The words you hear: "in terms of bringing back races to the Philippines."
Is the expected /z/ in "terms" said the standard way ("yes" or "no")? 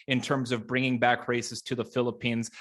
yes